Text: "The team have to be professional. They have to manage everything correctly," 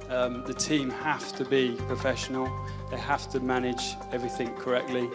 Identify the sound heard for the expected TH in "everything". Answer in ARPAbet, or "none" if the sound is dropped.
TH